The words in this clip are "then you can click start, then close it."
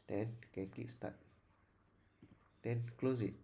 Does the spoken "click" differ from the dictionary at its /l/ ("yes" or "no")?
yes